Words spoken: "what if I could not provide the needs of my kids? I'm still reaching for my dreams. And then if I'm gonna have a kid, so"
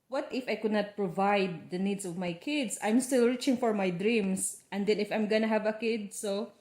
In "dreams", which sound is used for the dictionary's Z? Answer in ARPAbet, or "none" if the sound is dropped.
S